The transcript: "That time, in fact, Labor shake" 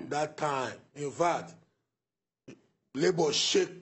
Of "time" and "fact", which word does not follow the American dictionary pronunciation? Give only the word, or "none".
fact